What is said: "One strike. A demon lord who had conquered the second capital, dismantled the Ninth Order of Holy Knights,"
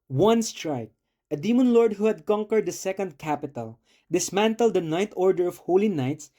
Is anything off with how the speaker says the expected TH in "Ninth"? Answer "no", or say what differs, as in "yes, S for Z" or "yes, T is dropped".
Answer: yes, T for TH